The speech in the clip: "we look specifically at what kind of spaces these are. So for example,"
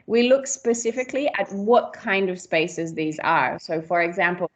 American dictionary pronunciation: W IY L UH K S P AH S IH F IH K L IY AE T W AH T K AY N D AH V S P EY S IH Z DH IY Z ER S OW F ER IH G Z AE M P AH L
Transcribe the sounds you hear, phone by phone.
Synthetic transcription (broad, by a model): W IY L UH K S P AH S IH F IH K L IY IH T W AH T K AY N D AH V S P EY S IH Z DH IY Z ER S OW F ER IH G Z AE M P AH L